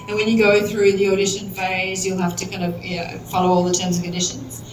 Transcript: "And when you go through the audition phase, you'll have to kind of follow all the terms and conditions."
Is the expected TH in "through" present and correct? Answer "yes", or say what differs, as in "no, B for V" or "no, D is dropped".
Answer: yes